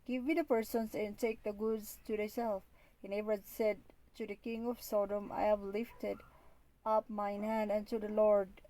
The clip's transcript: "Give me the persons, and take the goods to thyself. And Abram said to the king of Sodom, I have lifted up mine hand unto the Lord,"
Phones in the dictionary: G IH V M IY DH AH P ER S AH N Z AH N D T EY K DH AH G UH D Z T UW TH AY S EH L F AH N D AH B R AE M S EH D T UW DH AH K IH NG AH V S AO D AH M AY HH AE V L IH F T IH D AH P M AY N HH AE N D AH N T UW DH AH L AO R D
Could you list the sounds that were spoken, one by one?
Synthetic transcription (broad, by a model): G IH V M IY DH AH P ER S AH N S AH N T EY K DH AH G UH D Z T UW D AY S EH L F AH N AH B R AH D S EH D T UW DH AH K IH NG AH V S AO D AH M AY HH AE V L IH F T IH D AH P M AY N HH AE N D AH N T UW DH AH L AO R D